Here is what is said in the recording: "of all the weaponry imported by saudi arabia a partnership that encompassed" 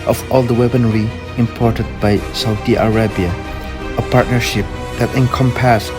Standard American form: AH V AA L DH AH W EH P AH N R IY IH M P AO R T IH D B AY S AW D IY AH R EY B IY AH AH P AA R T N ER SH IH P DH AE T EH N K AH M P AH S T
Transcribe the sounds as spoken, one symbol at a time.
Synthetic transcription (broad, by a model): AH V AA L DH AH W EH B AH N R IY IH M P AO R T IH D B AY S AW D IY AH R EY B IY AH AH P AA R T N ER SH IH P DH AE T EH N K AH M P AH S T